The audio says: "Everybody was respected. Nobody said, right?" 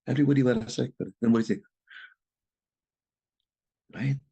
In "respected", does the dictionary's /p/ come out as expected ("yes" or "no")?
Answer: no